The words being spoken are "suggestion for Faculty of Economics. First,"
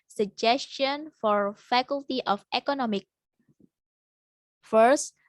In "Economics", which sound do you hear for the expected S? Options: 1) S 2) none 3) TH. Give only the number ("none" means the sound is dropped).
2